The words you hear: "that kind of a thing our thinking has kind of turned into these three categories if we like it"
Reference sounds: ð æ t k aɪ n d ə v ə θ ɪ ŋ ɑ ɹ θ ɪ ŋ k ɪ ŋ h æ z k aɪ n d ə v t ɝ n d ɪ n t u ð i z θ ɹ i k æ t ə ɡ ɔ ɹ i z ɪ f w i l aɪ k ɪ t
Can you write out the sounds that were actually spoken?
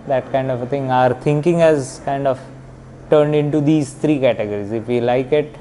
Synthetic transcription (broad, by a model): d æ t k aɪ n d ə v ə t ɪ ŋ ɑ ɹ t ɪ ŋ k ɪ ŋ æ z k aɪ n d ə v t ɝ n d ɪ n t u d i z t ɹ i k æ t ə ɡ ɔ ɹ i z ɪ f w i l aɪ k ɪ t